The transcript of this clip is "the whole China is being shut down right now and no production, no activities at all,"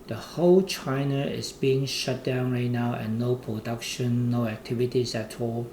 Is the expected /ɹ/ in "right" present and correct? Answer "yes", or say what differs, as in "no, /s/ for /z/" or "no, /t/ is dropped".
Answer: yes